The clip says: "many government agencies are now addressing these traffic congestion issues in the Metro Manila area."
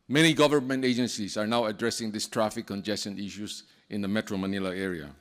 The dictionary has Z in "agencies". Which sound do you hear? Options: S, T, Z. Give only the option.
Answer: S